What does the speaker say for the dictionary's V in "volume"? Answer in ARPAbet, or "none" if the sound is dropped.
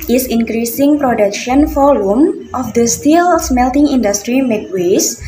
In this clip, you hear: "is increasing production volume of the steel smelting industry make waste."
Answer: F